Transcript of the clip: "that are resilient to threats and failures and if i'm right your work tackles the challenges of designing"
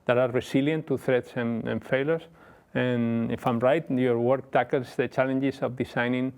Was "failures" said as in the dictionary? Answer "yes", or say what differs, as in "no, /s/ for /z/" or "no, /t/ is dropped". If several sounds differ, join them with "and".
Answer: no, /s/ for /z/